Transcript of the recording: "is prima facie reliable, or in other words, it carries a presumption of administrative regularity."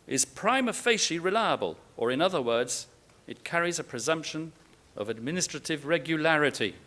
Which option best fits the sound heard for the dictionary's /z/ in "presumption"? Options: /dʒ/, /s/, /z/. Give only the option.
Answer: /z/